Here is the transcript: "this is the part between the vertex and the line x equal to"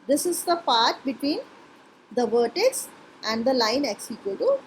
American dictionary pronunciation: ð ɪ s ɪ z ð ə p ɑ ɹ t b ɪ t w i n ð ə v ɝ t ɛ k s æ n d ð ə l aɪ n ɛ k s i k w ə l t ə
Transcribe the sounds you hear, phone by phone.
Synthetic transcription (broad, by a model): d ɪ s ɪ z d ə p ɑ ɹ t b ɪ t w i n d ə v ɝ t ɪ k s æ n d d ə l aɪ n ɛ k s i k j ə t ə